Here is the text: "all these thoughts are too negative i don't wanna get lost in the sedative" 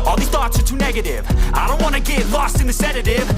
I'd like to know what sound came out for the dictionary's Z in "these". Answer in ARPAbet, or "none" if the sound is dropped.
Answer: none